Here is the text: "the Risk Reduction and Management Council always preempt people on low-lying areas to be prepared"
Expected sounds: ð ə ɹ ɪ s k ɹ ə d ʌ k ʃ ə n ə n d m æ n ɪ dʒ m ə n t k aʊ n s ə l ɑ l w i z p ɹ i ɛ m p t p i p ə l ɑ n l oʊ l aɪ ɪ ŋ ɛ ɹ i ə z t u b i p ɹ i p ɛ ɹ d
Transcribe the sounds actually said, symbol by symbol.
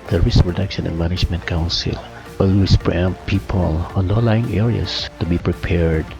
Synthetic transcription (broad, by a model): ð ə ɹ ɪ s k ɹ ə d ʌ k ʃ ə n ə n d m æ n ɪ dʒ m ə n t k aʊ n s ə l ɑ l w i s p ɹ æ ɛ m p p i p ə l ɑ n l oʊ l aɪ ɪ ŋ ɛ ɹ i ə s t u b i p ɹ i p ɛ ɹ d